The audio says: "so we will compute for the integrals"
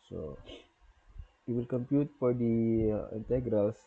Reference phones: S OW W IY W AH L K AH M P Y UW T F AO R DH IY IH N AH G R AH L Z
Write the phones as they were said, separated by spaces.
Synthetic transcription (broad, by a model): S OW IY W AH L K AH M P Y UW T F AO R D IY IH N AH G R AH L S